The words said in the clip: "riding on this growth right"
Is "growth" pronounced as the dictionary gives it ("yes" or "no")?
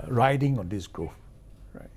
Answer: no